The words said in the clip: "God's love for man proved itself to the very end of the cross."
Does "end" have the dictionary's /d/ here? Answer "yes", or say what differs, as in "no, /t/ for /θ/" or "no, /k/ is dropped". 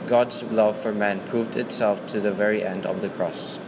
yes